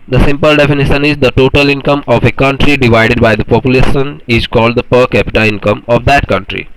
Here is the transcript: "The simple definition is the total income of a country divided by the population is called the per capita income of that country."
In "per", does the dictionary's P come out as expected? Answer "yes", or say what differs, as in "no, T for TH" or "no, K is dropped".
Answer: yes